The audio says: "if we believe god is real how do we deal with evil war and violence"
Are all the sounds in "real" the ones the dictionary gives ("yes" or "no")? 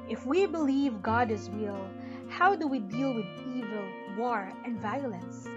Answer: no